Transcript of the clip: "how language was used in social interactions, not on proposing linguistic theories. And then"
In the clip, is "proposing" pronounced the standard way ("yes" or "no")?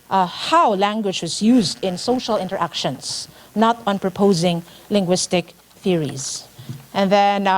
yes